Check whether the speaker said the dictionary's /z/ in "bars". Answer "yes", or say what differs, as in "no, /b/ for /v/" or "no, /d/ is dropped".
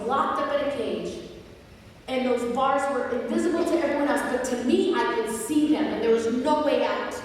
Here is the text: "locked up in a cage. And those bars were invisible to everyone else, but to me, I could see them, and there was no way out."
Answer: yes